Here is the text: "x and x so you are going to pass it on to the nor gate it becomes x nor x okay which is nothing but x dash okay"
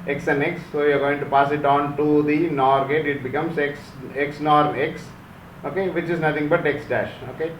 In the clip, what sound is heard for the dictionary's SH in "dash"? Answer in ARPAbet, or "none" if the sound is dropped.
SH